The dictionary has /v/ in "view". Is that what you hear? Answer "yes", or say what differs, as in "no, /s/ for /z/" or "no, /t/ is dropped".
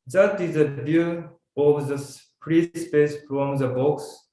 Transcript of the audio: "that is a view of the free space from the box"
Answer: no, /b/ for /v/